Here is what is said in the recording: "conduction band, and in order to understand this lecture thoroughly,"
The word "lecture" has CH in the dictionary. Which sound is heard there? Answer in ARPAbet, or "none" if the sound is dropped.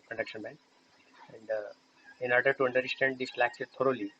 S